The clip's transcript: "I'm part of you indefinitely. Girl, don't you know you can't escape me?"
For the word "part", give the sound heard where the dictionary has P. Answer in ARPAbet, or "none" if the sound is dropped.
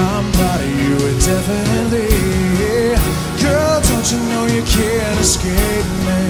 B